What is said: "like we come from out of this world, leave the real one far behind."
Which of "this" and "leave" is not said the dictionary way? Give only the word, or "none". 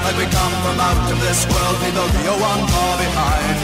leave